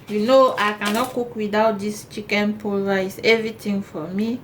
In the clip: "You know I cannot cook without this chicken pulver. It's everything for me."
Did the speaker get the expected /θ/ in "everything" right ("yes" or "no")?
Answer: no